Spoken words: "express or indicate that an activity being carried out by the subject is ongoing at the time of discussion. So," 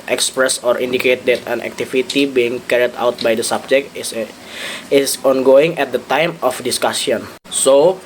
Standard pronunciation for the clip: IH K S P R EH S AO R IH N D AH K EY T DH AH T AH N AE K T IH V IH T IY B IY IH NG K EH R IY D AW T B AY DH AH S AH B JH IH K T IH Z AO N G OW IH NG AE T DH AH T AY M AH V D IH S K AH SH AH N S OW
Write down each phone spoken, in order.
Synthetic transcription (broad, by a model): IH K S P R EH S AO R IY N D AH K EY T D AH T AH N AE K T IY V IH T IY B IY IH NG K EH R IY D AW T B AY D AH S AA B JH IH K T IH S AO N G OW IH NG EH T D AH T AY M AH F D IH S K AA S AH N S OW